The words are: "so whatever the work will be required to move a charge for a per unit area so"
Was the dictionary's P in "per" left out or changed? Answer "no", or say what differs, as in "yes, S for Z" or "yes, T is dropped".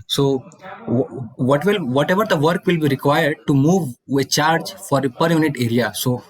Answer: no